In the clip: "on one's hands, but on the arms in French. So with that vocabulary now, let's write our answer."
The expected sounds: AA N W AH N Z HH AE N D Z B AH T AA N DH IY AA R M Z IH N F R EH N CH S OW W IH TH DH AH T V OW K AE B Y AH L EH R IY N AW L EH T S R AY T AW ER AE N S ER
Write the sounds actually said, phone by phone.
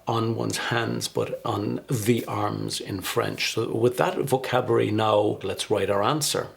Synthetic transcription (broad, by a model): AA N W AH N Z HH AE N D Z B AH T N DH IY AA R M Z IH N F R EH N CH S OW W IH DH AH T V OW K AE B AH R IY N AW L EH T S R AY T AW ER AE N S ER